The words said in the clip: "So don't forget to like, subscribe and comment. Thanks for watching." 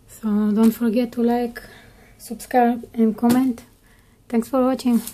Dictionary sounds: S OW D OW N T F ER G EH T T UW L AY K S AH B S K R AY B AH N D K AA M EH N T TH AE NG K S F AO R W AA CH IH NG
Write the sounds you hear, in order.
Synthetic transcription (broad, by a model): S OW D OW N T F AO G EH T T UW L AY K S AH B S K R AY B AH N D K AA M EH N T T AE NG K S F AO R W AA CH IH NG